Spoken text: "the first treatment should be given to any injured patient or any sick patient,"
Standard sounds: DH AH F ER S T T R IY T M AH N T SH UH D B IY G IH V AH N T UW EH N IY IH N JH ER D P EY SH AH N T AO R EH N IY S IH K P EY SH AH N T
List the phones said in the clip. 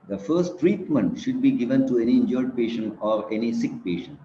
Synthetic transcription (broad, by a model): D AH F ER S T T R IY T M AH N T SH UH D B IY G IH V AH N T UW EH N IY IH N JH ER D P EY SH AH N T AO R EH N IY S IH K P EY SH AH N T